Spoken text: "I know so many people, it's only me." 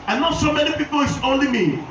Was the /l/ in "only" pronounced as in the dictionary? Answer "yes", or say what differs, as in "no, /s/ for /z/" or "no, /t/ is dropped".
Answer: yes